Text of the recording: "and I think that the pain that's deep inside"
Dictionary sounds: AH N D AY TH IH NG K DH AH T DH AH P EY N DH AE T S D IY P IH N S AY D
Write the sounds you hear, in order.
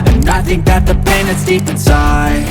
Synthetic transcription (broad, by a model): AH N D AY TH IH NG K DH AH T DH AH P EY N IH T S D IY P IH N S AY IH